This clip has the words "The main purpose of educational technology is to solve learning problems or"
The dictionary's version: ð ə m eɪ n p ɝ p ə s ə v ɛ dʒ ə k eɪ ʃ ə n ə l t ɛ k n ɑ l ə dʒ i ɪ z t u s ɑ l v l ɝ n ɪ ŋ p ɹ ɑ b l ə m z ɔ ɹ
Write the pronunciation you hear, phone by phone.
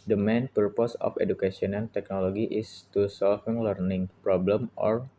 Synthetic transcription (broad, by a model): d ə m eɪ n p ɝ p ə s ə f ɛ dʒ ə k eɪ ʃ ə n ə n t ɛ k n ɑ l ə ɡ i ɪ s t u s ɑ l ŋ l ɝ n ɪ ŋ p ɹ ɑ b l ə m ɔ ɹ